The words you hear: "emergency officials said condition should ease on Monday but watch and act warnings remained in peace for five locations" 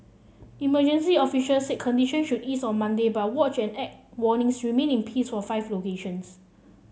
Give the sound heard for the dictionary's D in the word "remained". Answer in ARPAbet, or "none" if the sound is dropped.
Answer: none